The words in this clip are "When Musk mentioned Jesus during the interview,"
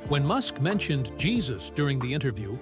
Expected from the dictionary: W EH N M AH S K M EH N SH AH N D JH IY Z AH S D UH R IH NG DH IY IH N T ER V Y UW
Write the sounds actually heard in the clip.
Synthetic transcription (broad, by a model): W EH N M AH S K M EH N SH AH N JH IY Z AH S D UH R IH NG DH IY IH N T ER V Y UW